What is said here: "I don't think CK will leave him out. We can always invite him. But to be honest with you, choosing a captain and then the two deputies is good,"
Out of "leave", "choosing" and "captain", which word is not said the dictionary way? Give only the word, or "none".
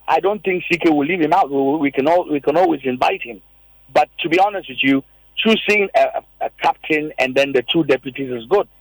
choosing